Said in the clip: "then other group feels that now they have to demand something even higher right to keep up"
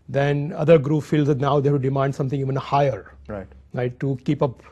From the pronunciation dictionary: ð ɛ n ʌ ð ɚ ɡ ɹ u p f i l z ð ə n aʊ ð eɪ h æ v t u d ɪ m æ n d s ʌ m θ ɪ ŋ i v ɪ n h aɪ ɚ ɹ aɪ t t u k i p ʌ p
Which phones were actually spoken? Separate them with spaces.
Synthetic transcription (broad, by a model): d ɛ n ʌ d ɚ ɡ ɹ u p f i l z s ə n aʊ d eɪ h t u d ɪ m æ n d s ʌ m t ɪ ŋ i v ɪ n h aɪ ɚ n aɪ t t u k i p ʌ p